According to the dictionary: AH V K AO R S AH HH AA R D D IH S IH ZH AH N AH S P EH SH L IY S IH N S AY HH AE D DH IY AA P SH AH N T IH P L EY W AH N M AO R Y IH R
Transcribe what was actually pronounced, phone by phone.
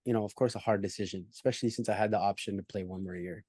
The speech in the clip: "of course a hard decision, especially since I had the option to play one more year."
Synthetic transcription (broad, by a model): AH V K AO R S AH HH AA R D D IH S IH ZH AH N AH S P EH SH L IY S IH N S AY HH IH D DH IY AA P SH AH N T IH P L EY W AH N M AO R Y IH R